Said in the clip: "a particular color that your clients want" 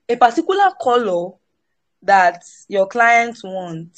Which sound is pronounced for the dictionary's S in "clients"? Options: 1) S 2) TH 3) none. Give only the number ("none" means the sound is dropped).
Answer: 3